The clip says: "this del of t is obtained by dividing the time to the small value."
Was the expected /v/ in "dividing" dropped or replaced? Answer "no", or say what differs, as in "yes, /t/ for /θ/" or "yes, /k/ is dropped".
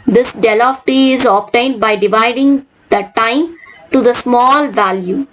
no